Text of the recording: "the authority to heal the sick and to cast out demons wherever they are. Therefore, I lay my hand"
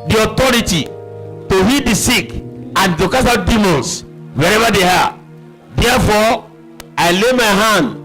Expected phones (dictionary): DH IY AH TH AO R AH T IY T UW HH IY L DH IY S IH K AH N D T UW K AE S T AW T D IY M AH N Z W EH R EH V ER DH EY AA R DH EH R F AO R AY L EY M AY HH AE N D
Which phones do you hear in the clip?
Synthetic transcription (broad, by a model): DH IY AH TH AO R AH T IY T UW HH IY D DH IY S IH K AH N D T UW K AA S AW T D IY M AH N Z W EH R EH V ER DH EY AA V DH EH F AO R AY L EY M AY HH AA N D